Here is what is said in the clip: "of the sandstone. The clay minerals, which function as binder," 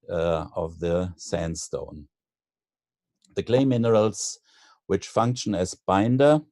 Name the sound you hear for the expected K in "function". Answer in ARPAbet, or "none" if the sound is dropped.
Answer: K